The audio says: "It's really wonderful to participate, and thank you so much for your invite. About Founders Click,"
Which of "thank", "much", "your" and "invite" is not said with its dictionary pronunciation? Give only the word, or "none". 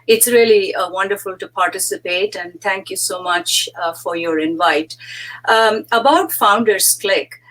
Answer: thank